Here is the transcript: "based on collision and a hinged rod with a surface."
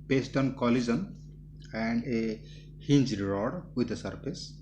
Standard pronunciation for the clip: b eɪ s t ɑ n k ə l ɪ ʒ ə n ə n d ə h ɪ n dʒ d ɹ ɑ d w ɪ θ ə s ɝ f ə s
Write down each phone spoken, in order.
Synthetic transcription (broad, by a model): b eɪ s t ɑ n k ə l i z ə n ə n d ə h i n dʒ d ɹ ɑ d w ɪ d ə s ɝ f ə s